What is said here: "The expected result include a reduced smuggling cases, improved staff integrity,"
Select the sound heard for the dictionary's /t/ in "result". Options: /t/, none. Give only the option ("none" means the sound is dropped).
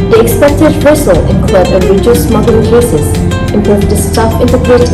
none